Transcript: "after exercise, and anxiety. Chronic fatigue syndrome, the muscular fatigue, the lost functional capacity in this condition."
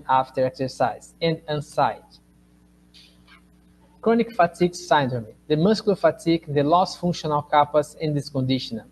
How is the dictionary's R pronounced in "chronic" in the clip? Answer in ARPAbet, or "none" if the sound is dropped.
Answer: R